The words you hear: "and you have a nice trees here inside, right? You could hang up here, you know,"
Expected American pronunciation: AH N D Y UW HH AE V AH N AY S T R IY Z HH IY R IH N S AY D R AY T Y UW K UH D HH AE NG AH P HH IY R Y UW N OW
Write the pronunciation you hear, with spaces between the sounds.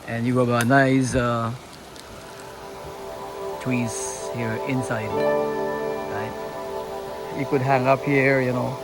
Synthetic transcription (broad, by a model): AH N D Y UW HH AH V AH N AY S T W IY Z HH IY R IH N S AY D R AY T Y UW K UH D HH AE NG AH P HH IY R Y UW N OW